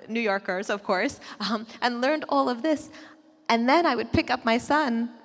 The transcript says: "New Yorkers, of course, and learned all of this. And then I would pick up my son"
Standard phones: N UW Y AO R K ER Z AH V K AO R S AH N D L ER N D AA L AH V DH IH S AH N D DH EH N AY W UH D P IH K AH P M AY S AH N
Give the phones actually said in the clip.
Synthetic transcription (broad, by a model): N UW Y AO R K ER Z AH V K AO R S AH N L ER N D AA L AH V DH IH S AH N DH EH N AY W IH D P IH K AH P M AY S AH N